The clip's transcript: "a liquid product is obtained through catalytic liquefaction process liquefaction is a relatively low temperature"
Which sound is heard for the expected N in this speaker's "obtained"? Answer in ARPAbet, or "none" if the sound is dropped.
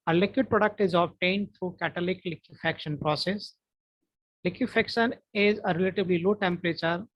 N